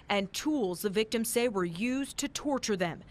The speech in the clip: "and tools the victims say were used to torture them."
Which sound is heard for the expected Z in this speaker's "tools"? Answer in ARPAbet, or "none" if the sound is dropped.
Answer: Z